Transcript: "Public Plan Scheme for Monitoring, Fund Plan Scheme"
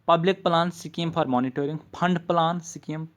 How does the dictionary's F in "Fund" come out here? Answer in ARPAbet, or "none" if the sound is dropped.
P